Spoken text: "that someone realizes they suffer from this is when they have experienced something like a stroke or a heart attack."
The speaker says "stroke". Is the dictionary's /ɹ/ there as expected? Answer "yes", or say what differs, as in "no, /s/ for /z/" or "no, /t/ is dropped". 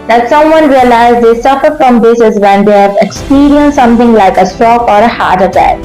no, /ɹ/ is dropped